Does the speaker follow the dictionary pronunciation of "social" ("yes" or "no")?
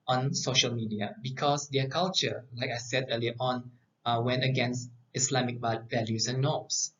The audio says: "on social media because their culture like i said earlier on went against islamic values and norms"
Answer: yes